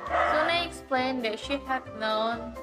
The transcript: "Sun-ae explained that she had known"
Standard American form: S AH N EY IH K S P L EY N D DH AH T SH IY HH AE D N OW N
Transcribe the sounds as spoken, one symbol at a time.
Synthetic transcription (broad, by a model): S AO N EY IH K S P L EY N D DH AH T SH IY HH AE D N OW N